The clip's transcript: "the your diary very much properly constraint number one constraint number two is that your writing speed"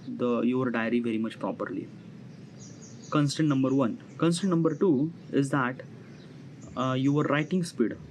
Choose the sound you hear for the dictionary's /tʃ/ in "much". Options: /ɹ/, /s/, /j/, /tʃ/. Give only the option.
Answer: /tʃ/